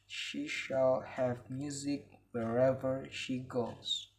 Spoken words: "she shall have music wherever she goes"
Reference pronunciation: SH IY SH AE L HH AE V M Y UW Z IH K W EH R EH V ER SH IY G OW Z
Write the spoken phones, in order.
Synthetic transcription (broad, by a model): SH IY SH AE L HH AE V M Y UW Z IH K W EH R EH V ER SH IY G OW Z